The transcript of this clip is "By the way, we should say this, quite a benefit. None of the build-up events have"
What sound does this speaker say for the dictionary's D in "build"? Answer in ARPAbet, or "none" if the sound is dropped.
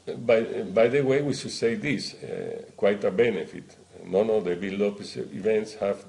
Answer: none